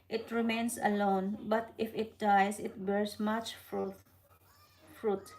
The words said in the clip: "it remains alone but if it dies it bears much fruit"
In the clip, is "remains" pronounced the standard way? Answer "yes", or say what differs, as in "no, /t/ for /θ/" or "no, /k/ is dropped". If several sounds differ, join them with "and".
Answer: no, /s/ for /z/